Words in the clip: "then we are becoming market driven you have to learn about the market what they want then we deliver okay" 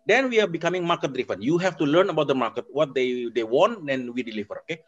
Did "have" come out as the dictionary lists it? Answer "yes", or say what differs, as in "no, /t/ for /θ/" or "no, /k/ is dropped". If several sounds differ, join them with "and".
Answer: no, /f/ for /v/